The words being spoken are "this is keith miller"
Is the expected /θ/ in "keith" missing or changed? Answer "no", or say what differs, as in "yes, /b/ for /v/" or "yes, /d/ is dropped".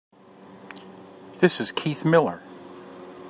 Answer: no